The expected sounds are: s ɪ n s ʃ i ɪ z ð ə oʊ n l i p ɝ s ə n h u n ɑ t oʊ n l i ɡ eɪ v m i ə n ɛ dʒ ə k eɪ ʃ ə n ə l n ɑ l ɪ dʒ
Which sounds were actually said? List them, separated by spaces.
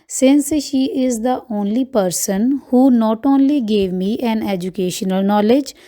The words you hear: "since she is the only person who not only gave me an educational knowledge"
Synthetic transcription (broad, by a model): s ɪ n s ʃ i ɪ z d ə oʊ n l i p ɝ s ə n h u n ɑ t oʊ n l i ɡ eɪ v m i ə n ɛ dʒ ə k eɪ ʃ ə n ə l n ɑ l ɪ dʒ